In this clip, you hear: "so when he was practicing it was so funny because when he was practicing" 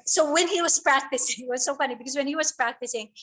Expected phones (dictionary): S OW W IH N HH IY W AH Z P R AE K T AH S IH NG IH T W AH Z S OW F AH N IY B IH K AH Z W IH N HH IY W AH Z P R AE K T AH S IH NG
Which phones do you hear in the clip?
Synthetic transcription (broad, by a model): S OW W IH N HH IY W AH Z P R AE K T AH S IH NG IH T W AH Z S OW F AH N IY B IH K AH Z W IH N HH IY W AH Z P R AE K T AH S IH NG